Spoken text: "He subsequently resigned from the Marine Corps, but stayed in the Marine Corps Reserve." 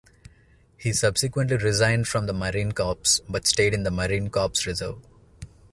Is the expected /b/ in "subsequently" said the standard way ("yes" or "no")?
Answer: yes